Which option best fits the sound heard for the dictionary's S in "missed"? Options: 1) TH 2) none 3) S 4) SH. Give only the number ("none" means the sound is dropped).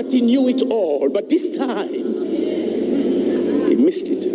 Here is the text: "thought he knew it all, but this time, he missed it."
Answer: 3